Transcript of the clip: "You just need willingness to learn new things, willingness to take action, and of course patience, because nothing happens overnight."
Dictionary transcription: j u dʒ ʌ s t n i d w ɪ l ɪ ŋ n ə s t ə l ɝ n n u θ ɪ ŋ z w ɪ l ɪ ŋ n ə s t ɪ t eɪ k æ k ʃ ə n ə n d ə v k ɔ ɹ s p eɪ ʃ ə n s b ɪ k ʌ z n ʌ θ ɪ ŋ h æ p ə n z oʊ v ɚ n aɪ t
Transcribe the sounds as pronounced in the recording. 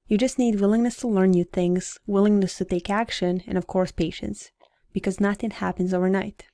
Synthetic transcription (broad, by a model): j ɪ dʒ ʌ s t n i d w ɪ l ɪ ŋ n ə s t ə l ɝ n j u θ ɪ ŋ z w ɪ l ɪ ŋ n ə s t ɪ t eɪ k æ k ʃ ə n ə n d ə v k ɔ ɹ s p eɪ ʃ ə n s b ɪ k ʌ z n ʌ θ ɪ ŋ h æ p ə n z oʊ v ɚ n aɪ t